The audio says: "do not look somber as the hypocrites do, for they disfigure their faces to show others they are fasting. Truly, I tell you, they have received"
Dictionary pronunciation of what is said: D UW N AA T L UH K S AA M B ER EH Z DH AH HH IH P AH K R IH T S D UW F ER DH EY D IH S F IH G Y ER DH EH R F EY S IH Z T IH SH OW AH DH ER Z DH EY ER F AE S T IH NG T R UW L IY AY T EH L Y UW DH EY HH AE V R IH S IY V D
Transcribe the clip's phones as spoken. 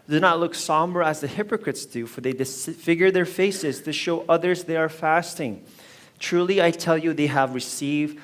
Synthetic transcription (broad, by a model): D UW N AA T L UH K S AA M B ER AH Z DH AH HH IH P AH K R IH T S D UW F ER DH EY D IH S F IH G Y ER DH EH R F EY S IH Z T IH SH OW AH DH ER Z DH EY ER F AE S T IH NG T R UW L IY AY T EH L Y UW DH EY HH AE V R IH S IY V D